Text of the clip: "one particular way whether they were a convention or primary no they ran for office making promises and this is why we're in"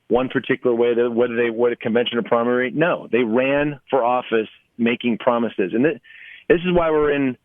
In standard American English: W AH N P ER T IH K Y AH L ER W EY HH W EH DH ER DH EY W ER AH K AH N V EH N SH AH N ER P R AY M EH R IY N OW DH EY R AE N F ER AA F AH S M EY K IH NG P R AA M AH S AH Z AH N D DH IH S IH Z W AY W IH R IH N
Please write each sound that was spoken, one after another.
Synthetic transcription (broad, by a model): W AH N P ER T IH K Y L ER W EY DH W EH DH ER DH EY W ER AH K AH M V EH N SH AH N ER P R AY M EH R IY N OW DH EY R AE N F ER AA F AH S M EY K IH NG P R AA M AH S AH Z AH N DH DH IH S IH Z W AY W IH R IH N